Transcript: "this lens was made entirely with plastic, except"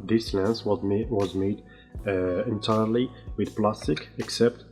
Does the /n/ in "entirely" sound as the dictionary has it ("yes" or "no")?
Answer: yes